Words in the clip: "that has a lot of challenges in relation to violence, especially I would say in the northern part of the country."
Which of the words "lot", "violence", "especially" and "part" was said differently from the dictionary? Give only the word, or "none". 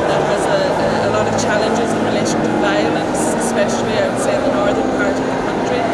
none